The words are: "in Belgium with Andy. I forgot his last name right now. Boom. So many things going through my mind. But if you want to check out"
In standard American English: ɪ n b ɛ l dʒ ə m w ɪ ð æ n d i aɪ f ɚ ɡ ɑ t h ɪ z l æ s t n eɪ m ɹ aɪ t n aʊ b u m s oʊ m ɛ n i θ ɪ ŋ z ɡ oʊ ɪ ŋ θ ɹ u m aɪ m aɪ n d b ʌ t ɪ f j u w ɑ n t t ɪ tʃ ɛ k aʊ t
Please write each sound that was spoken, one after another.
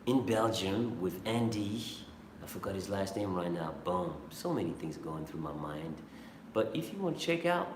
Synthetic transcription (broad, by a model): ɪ n b ɛ l dʒ ə m w ɪ ð æ n d i aɪ f ɚ ɡ ɑ t h ɪ z l æ s t n eɪ m ɹ aɪ t n aʊ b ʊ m s oʊ m ɛ n i θ ɪ ŋ z ɡ oʊ ɪ ŋ θ ɹ u m aɪ m aɪ n d b ʌ t ɪ f j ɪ w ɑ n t t ɪ tʃ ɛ k aʊ t